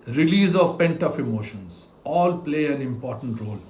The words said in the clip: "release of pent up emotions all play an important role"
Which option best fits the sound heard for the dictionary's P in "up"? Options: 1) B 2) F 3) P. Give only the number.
2